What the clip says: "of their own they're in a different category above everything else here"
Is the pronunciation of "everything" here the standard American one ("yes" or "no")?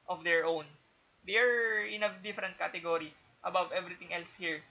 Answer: no